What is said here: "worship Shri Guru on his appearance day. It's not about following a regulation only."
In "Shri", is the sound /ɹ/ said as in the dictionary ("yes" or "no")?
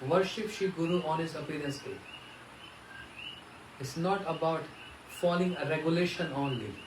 no